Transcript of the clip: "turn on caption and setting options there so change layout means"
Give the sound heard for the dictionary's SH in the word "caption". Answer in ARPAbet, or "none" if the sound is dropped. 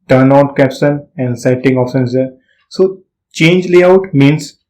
S